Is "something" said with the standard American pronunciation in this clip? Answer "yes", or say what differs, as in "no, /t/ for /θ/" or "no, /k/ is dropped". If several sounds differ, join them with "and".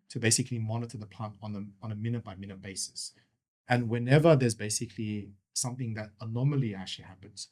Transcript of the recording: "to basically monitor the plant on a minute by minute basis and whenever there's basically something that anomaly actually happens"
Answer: yes